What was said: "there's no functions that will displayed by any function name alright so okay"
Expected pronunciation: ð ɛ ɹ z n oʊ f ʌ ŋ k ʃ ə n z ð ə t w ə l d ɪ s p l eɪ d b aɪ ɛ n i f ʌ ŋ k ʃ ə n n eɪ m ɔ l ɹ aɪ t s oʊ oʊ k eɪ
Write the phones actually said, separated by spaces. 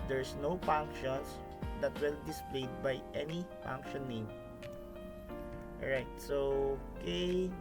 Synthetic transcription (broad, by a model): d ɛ ɹ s n oʊ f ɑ ŋ k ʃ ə n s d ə t w ə l d ɪ s p l eɪ d b aɪ ɛ n i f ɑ ŋ k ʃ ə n n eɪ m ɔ ɹ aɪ t s oʊ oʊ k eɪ